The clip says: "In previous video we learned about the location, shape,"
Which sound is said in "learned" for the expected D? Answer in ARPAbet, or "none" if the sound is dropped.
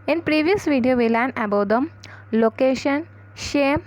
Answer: none